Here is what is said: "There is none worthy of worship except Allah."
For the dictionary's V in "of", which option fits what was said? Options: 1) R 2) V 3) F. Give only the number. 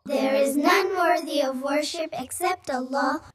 2